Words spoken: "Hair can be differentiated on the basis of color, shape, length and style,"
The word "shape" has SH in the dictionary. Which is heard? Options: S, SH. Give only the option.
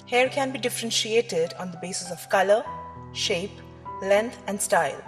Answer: SH